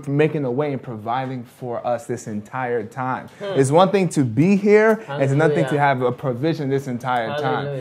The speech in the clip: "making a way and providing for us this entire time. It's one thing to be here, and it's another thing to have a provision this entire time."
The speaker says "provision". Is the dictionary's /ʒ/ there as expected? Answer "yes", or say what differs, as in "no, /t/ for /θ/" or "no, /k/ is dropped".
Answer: yes